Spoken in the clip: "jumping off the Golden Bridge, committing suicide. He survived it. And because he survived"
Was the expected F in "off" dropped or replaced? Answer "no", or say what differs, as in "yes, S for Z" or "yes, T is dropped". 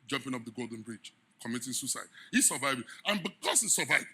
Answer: yes, P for F